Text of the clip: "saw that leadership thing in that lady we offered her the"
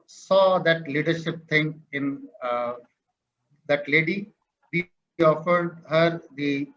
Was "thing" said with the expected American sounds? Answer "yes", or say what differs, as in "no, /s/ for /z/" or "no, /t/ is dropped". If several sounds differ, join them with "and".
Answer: no, /t/ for /θ/